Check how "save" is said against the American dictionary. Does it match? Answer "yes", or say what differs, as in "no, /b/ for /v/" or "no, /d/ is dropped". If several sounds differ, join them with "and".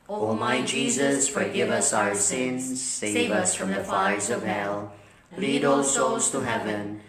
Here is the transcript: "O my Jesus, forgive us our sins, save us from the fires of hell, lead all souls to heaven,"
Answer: yes